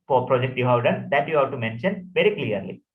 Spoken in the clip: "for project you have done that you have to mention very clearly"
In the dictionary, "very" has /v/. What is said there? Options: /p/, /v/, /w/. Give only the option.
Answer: /v/